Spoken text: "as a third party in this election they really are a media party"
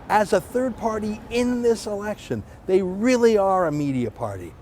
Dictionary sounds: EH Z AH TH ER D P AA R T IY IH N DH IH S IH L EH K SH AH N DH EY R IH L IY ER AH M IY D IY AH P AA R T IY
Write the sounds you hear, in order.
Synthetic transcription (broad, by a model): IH Z AH TH ER D P AA R T IY IH N DH IH S IH L EH K SH AH N DH EY R IH L IY ER AH M IY D IY AH P AA R T IY